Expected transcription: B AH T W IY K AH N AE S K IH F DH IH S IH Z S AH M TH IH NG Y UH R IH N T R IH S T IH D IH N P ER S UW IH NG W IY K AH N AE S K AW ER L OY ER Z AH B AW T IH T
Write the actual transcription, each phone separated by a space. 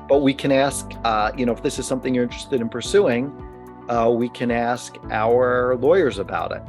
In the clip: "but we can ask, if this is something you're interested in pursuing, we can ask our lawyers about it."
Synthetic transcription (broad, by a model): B AH T W IY K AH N AE S K IH F DH IH S IH Z S AH M TH IH NG Y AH R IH N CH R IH S T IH D IH N P ER S UW IH NG W IY K AH N AE S K AW ER L OY ER Z AH B AW T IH T